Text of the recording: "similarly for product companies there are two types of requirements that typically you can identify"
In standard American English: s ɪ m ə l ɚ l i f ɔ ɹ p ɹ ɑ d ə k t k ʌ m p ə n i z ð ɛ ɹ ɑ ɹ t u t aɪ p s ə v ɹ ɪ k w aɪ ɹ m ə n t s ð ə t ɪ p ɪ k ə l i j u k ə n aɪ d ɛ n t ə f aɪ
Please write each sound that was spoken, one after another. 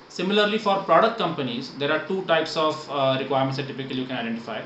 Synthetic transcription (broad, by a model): s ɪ m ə l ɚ l i f ɔ ɹ p ɹ ɑ d ə k t k ʌ m p ə n i z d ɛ ɹ ɑ ɹ t u t aɪ p s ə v ɹ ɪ k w aɪ ɹ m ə t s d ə t ɪ p ɪ k ə l i j u k ə n aɪ d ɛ n t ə f aɪ